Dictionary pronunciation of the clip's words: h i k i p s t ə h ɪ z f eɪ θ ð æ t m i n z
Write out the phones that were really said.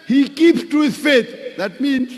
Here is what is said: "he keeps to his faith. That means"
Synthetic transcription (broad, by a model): h i k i p t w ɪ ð f eɪ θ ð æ t m i n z